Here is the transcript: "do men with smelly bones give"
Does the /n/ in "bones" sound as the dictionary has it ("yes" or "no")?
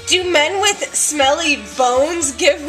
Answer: yes